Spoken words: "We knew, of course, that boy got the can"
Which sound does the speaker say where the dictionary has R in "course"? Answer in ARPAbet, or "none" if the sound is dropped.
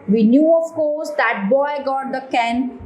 L